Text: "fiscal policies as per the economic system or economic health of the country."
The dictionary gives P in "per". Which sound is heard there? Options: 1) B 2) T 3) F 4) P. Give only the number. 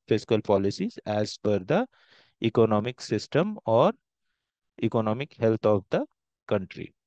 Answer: 3